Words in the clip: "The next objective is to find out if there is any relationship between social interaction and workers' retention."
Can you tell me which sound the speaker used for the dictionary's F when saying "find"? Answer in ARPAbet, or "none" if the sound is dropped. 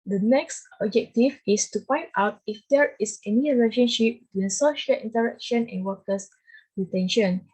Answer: P